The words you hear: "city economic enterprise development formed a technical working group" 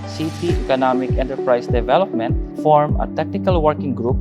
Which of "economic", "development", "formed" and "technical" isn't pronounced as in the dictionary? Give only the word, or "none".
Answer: formed